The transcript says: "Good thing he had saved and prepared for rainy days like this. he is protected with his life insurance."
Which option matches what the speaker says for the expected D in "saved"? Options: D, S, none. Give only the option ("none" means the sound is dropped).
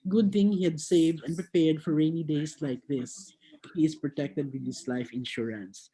D